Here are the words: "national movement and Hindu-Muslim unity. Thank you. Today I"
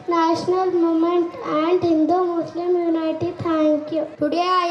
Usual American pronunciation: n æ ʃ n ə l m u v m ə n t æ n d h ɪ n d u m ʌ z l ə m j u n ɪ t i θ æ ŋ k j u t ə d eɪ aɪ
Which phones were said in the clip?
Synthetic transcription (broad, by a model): n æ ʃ n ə l m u m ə n t æ n d h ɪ n d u m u s l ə m j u n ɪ t i t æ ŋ k j u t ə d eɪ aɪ